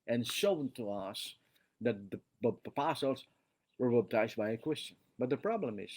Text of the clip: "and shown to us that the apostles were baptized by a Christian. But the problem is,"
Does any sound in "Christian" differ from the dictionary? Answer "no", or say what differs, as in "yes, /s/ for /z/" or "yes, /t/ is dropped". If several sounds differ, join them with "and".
yes, /w/ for /ɹ/